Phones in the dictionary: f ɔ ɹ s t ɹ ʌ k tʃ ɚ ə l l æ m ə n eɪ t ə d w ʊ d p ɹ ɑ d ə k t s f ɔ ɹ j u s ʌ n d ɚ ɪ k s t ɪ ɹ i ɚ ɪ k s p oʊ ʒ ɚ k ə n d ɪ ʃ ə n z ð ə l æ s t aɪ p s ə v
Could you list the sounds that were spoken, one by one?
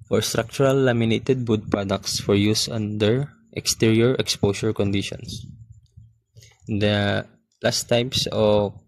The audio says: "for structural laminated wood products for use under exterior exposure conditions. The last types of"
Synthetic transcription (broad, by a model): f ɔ ɹ s t ɹ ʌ k tʃ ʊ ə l l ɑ m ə n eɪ t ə d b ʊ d p ɹ ɑ d ə k t s f ɔ ɹ j u s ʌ n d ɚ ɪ k s t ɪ ɹ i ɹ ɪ k s p oʊ ʃ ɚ k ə n d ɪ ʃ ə n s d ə l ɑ s t aɪ p s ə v